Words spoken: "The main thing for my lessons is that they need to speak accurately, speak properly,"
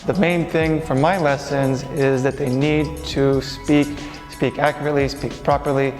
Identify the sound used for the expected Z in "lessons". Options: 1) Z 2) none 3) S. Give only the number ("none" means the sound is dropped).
1